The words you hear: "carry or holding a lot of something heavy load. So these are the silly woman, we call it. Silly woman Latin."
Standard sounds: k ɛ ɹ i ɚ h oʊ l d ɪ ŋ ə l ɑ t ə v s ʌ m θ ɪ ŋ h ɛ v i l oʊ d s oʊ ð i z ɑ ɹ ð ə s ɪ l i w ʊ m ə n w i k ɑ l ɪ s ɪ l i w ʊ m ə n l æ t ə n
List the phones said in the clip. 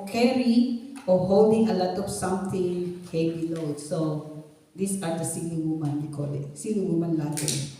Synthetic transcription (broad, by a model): k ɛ ɹ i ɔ h oʊ l d ɪ ŋ ə l ɑ t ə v s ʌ m t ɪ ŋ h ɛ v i l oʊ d s oʊ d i s ɑ ɹ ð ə s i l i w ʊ m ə n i k ɑ l ɪ s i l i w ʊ m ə n l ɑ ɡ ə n